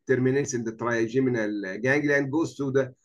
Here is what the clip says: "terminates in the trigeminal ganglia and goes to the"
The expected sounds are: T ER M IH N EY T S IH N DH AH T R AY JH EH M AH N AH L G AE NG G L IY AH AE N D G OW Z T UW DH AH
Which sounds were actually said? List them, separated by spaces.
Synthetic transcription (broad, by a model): T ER M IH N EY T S IH N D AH T R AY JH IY M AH N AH L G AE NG G L AE N D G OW S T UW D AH